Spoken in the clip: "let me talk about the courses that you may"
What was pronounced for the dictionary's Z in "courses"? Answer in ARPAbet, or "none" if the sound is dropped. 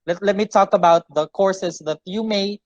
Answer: S